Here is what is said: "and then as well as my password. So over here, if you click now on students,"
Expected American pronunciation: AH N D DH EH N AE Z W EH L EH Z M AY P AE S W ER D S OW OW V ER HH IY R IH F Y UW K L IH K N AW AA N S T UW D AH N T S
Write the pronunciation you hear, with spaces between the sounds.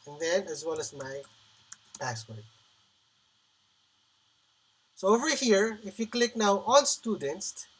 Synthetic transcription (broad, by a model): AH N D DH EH N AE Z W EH L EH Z M AY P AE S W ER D S OW OW V ER HH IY R IH F Y UW K L IH K N AW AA L S T UW D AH N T S